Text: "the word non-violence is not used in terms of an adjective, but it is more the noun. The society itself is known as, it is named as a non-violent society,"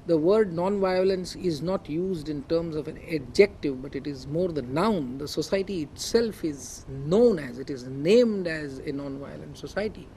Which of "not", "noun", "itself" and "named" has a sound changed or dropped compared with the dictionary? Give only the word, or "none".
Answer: none